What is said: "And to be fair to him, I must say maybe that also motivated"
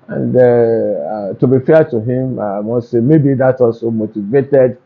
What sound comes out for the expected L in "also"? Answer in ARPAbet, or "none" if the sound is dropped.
L